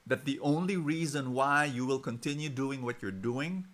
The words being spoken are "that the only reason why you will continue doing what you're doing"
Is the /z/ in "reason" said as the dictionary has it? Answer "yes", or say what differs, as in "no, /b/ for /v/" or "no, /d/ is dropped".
yes